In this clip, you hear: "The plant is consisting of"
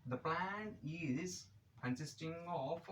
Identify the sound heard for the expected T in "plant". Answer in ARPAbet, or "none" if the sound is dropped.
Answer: none